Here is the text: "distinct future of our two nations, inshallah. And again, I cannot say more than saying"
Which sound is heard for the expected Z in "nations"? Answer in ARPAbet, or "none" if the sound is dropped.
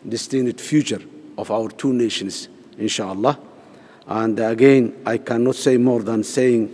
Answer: S